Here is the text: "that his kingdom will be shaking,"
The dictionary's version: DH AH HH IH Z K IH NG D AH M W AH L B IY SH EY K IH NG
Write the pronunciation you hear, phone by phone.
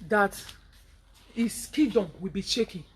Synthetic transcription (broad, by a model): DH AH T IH S K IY D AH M W AH L B IY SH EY K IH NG